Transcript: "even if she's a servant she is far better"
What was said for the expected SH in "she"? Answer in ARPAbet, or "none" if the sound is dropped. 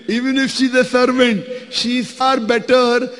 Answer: SH